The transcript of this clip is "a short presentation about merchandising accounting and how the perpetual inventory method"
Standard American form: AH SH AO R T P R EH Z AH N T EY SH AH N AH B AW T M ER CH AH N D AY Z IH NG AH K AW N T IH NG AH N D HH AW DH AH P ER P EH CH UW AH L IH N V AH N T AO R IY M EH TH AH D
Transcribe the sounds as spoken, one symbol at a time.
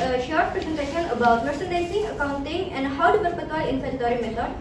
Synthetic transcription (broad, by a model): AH SH AO R T P R EH Z AH N T EY SH AH N AH B AW T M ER S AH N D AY S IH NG AH K AW N T IH NG AH N D HH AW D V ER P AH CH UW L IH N F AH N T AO R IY M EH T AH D